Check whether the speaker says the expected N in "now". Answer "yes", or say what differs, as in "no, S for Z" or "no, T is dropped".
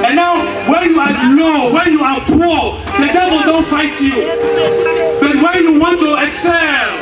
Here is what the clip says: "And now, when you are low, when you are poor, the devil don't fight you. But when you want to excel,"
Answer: yes